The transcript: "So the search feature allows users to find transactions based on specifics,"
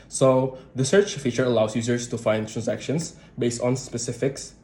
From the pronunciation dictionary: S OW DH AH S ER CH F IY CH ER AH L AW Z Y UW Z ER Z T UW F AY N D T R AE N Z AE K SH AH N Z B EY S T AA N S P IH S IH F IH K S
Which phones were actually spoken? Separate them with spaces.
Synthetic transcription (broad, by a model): S OW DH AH S ER CH F IY CH ER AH L AW S Y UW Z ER S T UW F AY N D T R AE N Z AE K SH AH N S B EY S T AA N S P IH S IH F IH K S